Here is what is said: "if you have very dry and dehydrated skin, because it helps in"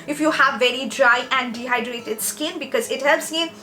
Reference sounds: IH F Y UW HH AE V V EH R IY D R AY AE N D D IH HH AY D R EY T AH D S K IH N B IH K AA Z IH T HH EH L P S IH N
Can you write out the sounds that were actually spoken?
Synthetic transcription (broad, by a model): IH F Y UW HH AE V V EH R IY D R AY AE N D D IH HH AY D R EY T AH D S K IH N B IH K AA Z IH T HH EH L P S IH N